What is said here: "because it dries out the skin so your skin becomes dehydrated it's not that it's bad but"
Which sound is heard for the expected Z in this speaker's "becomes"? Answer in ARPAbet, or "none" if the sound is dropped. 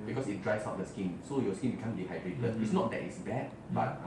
none